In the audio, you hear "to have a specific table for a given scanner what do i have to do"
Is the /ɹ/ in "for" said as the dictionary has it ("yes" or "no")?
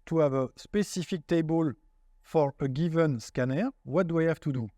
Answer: yes